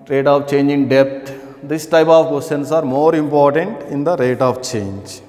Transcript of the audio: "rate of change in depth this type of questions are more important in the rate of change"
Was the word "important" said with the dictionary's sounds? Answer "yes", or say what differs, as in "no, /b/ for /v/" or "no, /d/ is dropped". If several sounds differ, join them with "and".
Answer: yes